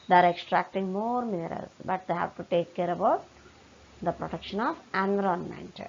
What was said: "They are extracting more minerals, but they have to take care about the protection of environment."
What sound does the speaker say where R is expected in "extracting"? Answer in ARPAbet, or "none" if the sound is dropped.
R